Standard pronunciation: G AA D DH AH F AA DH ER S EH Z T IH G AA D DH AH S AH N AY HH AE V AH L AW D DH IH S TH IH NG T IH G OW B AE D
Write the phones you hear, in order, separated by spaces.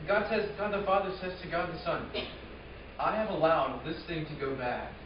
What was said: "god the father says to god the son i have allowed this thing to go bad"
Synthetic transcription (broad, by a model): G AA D DH AH F AA DH ER S EH Z T IH G AA D DH AH S AH N AY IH V AH L AW D DH IH S TH IH NG T IH G OW B AE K